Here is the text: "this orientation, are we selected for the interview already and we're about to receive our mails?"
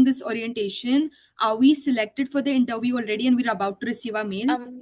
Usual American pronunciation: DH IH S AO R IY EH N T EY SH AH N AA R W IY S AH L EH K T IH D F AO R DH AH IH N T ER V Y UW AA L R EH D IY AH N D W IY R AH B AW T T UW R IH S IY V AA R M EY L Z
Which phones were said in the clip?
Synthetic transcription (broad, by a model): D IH S AO R IY EH N T EY SH AH N AA R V IY S AH L EH K T IH D F AO R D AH IH N T ER V Y UW AA L R EH D IY AH N D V IY R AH B AW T T UW R IH S IY V AA R M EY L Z